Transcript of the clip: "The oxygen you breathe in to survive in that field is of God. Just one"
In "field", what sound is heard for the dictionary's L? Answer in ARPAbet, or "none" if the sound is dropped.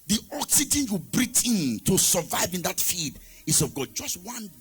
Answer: none